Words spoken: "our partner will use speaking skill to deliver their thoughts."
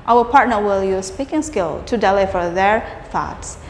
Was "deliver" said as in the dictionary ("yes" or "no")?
no